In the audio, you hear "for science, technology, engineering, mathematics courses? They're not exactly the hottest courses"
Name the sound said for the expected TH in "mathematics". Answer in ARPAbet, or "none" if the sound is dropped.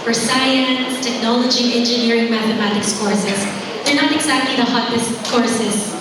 TH